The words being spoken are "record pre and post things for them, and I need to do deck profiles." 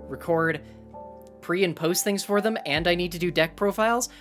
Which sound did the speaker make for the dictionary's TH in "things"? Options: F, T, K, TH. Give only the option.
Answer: TH